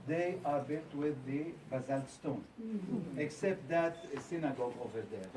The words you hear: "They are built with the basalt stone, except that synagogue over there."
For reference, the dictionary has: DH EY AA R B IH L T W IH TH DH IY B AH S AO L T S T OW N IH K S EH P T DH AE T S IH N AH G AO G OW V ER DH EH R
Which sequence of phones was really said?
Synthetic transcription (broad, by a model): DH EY AA R B IH L T W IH DH IY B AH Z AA L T S T OW N IH K S EH P T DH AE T S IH N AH G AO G OW V ER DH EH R